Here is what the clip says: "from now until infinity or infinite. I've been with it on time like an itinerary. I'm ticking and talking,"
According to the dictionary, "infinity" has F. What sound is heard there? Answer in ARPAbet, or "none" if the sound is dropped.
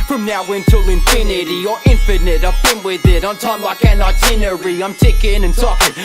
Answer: P